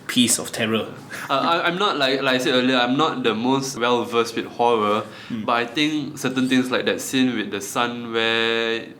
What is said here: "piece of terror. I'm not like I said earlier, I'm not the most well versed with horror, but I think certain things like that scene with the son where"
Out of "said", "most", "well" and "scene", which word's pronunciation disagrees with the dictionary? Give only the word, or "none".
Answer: said